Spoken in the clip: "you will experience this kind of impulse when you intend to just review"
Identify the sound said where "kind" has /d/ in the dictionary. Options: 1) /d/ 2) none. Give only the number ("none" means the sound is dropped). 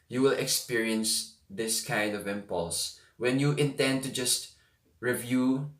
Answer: 1